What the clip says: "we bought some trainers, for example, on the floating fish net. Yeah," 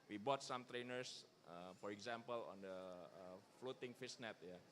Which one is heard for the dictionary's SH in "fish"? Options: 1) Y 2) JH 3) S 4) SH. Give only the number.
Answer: 3